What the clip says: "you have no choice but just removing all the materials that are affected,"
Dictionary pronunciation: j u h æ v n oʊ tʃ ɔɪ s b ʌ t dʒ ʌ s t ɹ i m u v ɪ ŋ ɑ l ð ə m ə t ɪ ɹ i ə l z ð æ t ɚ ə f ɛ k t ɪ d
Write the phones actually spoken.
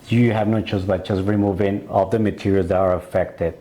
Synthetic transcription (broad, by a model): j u h æ v n oʊ tʃ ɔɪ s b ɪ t dʒ ʌ s t ɹ i m u v ɪ ŋ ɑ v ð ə m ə t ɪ ɹ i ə l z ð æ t ɚ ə f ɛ k t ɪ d